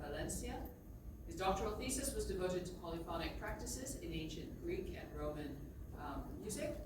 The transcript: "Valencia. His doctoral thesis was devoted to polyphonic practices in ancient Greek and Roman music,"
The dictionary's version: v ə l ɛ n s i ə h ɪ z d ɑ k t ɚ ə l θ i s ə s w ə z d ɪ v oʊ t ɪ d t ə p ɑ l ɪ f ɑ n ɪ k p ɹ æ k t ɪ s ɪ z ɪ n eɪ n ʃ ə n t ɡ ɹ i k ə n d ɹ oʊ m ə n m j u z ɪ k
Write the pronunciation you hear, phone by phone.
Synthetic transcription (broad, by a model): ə l ɛ n s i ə h ɪ z d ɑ k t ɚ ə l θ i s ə s w ə z d ɪ v oʊ t ɪ d t ə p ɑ l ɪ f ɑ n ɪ k p ɹ æ k t ɪ s ɪ z ɪ n eɪ n ʃ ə n ɡ ɹ i k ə n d ɹ oʊ m ə n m j u z ɪ k